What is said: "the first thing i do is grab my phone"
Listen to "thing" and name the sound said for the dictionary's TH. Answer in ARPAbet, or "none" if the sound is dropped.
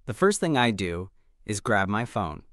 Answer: TH